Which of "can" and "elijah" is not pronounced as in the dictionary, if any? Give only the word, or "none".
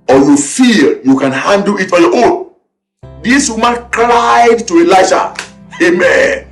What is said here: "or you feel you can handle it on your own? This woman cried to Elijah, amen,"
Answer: elijah